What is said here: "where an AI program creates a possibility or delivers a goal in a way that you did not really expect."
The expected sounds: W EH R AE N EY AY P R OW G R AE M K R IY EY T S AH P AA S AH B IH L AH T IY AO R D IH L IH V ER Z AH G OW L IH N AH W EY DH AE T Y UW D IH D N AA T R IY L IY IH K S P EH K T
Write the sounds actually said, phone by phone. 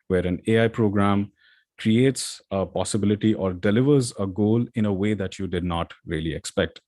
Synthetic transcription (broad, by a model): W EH R AE N EY AY P R OW G R AE M K R IY EY T S AH P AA S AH B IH L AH T IY AO R D IH L IH V ER Z AH G OW L IH N AH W EY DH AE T Y UW D IH D N AA T R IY L IY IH K S P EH K T